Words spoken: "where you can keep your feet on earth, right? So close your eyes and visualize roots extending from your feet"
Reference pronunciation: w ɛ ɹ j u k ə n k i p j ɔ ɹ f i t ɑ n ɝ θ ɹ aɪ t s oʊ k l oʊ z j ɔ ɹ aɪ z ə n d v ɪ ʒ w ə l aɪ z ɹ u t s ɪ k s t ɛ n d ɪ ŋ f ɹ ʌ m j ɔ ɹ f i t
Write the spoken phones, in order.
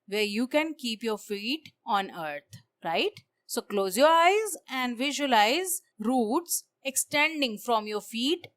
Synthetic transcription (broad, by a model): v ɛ ɹ j u k ə n k i p j ɔ ɹ f i t ɑ n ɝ t ɹ aɪ t s oʊ k l oʊ z j ɔ ɹ aɪ z ə n d v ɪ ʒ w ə l aɪ z ɹ u t s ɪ k s t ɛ n d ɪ ŋ f ɹ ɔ m j ɔ ɹ f i t